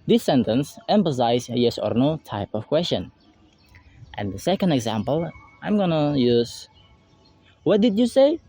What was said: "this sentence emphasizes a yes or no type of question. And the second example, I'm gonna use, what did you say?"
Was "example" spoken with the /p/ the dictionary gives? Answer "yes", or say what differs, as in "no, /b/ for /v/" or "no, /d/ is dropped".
yes